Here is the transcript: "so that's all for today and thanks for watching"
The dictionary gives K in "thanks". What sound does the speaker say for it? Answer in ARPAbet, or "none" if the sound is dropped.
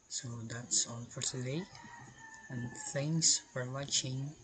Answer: none